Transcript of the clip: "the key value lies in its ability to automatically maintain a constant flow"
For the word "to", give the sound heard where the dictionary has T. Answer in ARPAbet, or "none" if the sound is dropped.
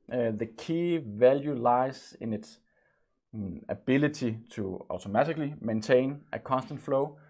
S